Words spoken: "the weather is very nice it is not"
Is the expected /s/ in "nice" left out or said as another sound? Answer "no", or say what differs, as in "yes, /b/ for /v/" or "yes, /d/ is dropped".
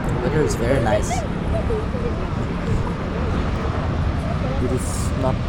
no